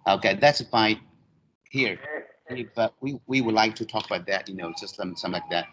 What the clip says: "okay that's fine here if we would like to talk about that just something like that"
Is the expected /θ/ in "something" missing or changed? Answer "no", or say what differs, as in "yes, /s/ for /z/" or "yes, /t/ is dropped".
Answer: yes, /s/ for /θ/